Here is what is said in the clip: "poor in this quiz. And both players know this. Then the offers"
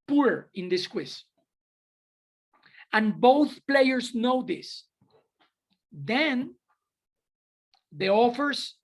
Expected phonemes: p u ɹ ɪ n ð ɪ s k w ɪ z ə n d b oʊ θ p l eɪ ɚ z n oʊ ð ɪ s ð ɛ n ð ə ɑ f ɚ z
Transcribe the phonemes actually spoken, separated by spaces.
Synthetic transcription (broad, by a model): p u ɹ ɪ n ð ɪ s k w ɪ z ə n b oʊ θ p l eɪ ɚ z n oʊ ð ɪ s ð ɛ n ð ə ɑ f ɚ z